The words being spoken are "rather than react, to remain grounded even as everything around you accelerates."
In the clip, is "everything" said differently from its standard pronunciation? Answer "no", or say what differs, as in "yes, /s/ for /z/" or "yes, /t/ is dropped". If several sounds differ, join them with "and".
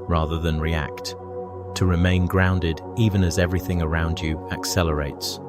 no